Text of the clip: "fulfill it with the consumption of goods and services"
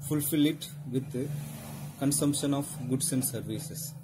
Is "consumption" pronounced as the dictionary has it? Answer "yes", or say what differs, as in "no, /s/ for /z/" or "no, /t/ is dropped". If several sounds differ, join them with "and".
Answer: yes